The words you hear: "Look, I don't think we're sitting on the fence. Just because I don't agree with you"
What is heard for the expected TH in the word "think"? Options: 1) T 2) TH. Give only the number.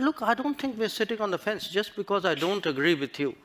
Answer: 1